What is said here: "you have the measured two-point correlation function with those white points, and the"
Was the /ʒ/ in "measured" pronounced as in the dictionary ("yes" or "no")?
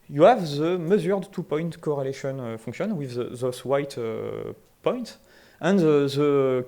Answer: no